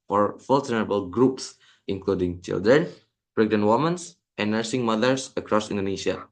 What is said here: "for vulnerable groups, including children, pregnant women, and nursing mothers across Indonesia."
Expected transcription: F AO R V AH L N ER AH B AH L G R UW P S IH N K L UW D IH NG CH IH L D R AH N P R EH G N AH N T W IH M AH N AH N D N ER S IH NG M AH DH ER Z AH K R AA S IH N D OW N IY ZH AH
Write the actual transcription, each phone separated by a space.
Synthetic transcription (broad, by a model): F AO R F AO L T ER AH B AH L G R UW P S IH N K L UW D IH NG CH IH L D R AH N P R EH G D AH N W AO M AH N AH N N ER S IH NG M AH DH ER S AH K R AA S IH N D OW N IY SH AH